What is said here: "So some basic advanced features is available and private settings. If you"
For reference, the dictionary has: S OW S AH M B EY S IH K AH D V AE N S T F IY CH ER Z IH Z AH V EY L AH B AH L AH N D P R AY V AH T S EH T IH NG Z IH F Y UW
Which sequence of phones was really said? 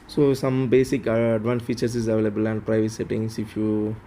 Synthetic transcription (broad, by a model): S OW S AH M B EY S IH K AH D V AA N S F IY CH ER S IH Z AH V EY L AH B AH L AH N D P R AY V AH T S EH T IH NG S IH F Y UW